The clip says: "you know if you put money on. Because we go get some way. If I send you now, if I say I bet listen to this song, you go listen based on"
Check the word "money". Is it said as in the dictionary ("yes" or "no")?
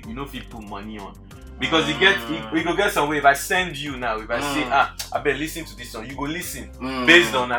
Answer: yes